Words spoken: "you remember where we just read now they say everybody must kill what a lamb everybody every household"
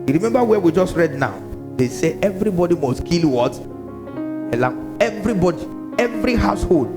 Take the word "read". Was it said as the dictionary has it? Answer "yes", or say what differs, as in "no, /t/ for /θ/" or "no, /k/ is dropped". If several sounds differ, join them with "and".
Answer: yes